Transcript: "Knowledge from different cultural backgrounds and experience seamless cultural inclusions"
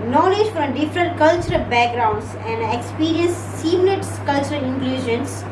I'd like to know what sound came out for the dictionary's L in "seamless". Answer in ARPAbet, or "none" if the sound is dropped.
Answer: N